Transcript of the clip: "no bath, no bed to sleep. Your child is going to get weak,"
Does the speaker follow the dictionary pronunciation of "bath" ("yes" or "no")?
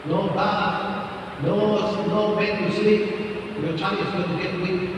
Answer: no